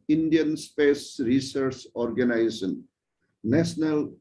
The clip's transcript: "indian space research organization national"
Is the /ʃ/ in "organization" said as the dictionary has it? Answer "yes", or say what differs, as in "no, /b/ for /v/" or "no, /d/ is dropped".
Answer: no, /s/ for /ʃ/